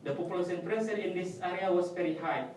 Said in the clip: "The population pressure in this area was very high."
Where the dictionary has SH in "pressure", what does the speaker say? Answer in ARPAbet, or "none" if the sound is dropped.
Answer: S